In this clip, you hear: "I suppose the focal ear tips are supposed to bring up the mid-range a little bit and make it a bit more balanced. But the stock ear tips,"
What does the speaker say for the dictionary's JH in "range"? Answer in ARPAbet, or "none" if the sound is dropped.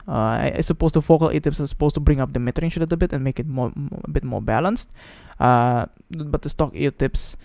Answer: SH